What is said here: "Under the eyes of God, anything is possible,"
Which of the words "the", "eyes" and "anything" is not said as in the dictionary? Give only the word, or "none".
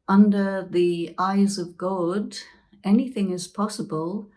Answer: none